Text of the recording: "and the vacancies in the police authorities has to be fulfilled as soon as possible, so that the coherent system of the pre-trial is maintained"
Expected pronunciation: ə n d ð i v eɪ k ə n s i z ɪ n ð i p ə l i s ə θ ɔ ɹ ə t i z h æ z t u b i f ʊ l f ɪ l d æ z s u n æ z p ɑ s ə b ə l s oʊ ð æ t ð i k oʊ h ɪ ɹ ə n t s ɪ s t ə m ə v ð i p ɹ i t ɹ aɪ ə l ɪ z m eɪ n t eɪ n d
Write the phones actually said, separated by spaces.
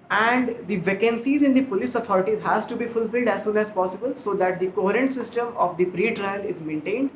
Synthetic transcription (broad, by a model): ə n d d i v eɪ k ə n s i z ɪ n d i p ə l i s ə t ɔ ɹ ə t i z h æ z t u b i f ʊ l f ɪ l d æ z s u n æ z p ɑ s ə b ə l s oʊ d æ t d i k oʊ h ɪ ɹ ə n t s ɪ s t ə m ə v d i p ɹ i t ɹ aɪ ə l ɪ z m eɪ n t eɪ n d